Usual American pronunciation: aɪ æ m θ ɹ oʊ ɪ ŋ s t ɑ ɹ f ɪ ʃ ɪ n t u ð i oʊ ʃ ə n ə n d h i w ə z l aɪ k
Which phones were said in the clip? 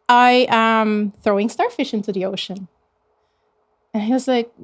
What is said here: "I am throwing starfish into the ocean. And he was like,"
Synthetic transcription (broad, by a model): aɪ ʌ m θ ɹ oʊ ɪ ŋ s t ɑ ɹ f ɪ ʃ ɪ n t u ð i oʊ ʃ ə n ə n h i w ə z l aɪ k